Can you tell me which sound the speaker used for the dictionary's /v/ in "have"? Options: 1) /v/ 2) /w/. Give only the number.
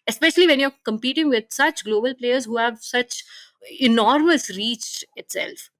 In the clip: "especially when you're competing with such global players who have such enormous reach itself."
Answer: 1